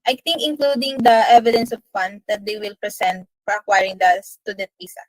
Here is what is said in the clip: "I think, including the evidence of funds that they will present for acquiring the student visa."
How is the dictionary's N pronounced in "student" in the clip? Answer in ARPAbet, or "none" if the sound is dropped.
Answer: none